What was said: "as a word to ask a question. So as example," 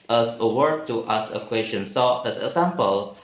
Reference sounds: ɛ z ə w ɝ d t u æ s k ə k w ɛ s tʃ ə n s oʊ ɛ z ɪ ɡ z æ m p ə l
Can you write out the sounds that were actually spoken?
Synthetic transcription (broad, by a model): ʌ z ə w ɝ d t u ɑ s ə k w ɛ s tʃ ə n s oʊ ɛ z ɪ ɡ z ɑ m p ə l